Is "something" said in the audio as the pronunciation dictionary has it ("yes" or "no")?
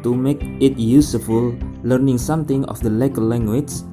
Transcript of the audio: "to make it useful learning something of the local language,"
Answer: no